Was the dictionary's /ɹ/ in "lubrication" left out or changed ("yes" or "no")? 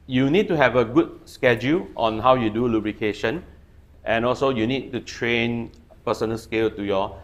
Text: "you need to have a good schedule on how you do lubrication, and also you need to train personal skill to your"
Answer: no